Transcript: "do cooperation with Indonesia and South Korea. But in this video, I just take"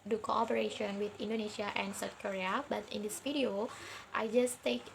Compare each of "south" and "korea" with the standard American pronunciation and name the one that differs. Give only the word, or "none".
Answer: south